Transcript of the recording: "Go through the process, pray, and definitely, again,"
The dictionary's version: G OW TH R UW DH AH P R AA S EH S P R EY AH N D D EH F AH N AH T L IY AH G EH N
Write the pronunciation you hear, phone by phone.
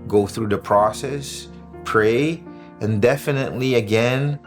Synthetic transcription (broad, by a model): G OW TH R UW DH AH P R AA S EH S P R EY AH N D D EH F AH N AH T L IY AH G EH N